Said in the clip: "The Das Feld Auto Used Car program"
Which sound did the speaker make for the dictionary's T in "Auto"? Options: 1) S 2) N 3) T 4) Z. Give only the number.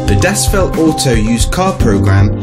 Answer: 1